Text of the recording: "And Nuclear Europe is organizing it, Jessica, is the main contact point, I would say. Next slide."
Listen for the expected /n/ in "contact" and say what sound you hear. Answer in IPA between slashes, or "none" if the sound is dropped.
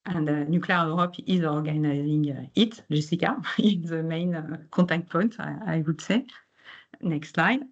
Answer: none